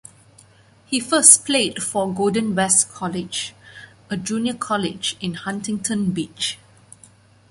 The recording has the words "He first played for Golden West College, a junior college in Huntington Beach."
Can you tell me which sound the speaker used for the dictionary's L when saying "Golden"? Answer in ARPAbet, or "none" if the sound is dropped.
none